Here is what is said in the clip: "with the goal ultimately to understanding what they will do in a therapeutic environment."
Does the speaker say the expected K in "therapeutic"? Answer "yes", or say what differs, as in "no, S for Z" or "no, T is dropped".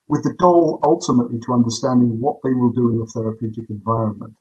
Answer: yes